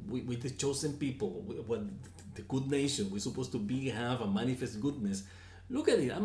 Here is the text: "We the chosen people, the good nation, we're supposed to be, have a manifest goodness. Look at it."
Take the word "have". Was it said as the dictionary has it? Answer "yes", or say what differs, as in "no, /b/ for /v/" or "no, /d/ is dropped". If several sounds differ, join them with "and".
yes